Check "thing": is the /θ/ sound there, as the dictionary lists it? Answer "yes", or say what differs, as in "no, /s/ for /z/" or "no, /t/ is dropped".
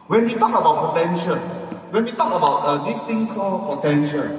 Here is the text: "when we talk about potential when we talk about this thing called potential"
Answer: no, /t/ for /θ/